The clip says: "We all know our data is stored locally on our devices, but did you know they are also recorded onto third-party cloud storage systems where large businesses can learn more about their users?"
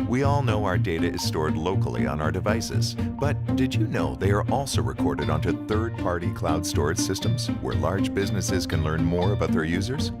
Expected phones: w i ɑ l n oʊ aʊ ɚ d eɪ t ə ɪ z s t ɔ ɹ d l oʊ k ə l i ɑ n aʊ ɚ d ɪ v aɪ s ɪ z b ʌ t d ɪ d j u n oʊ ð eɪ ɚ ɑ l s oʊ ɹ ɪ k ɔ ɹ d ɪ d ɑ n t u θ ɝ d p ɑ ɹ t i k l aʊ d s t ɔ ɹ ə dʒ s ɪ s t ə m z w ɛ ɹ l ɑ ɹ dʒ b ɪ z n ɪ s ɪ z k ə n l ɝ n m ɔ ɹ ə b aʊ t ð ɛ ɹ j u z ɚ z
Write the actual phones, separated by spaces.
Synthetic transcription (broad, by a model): w i ɑ l n oʊ aʊ ɚ d eɪ t ə ɪ z s t ɔ ɹ d l oʊ k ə l i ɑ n aʊ ɚ d ɪ v aɪ s ɪ z b ʌ t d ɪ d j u n oʊ ð eɪ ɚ ɑ l s oʊ ɹ ɪ k ɔ ɹ d ɪ d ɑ n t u θ ɝ d p ɑ ɹ t i k l aʊ d s t ɔ ɹ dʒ s ɪ s t ə m z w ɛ ɹ l ɑ ɹ dʒ b ɪ z n ɪ s ɪ z k ə n l ɝ n m ɔ ɹ ə b aʊ t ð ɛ ɹ j u z ɚ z